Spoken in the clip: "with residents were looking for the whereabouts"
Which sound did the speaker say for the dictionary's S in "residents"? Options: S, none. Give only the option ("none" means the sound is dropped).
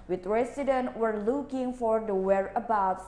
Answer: none